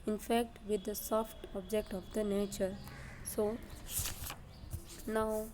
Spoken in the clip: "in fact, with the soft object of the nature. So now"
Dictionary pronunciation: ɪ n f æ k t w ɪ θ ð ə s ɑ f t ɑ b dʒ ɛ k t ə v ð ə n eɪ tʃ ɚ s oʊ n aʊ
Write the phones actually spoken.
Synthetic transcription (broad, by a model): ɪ n f æ k t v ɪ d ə s ɑ f t ɑ b dʒ ɛ k t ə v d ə n eɪ tʃ ɚ s oʊ n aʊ